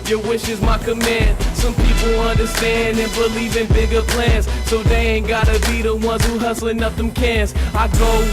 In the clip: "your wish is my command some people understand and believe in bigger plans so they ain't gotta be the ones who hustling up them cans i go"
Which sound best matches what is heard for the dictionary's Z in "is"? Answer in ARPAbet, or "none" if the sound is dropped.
Z